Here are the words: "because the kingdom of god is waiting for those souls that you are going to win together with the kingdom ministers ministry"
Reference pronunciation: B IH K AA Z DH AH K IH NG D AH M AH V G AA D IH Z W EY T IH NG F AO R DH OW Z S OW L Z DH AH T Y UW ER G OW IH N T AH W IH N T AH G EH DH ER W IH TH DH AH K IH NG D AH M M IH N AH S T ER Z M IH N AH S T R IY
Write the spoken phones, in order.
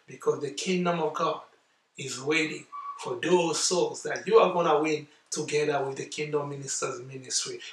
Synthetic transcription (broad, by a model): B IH K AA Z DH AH K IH NG D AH M AH V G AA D IH Z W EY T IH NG F AO R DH OW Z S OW Z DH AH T Y UW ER G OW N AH W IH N T AH G EH DH ER W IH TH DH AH K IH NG D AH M M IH N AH S T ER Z M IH N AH S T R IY